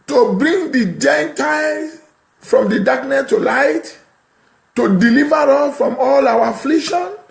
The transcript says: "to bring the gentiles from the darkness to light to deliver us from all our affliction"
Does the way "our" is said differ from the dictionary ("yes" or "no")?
yes